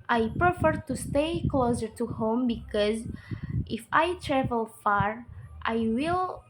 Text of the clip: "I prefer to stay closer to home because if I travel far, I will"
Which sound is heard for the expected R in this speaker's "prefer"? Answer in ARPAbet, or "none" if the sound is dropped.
R